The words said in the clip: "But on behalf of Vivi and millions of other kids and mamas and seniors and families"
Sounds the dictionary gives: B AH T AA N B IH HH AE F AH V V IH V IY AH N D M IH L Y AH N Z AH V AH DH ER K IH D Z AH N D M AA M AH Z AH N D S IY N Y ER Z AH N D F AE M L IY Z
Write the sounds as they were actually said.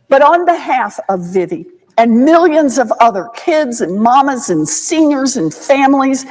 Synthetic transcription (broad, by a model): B AH T N B IH HH AE F AH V V IH V IY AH N M IH L Y AH N Z AH V AH DH ER K IH D Z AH N M AA M AH Z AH N S IY N Y ER Z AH N F AE M L IY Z